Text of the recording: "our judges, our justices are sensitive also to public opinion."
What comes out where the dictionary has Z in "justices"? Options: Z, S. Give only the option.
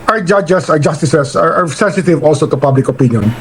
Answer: S